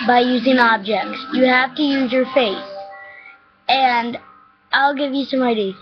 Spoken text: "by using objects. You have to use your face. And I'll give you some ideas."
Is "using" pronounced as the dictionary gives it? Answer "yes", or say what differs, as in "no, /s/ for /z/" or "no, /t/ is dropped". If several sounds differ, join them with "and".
yes